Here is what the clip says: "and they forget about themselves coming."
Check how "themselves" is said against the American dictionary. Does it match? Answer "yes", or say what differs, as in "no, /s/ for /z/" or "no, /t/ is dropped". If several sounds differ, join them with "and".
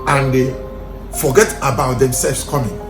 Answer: no, /s/ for /z/